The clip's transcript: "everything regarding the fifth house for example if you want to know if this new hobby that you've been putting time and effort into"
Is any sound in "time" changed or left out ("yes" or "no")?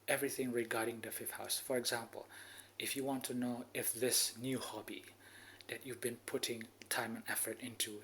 no